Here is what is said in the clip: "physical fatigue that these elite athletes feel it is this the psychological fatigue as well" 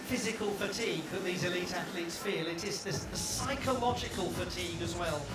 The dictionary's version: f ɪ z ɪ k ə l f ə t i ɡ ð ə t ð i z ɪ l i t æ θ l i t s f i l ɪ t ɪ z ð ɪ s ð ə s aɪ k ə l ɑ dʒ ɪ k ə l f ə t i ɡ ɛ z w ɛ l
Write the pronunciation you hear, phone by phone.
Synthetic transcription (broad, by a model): f ɪ z ɪ k ə l f ə t i ɡ ð ə t ð i z ɪ l i t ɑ θ l i t s f i l ɪ t ɪ z ð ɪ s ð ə s aɪ k ə l ɑ dʒ ɪ k ə l f ə t i ɡ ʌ z w ɛ l